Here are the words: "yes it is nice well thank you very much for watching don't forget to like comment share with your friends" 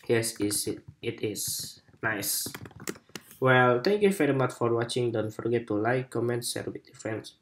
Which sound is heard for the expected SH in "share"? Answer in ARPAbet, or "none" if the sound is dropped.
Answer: S